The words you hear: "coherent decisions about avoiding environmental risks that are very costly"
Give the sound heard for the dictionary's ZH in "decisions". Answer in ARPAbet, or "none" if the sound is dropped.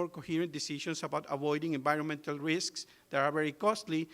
SH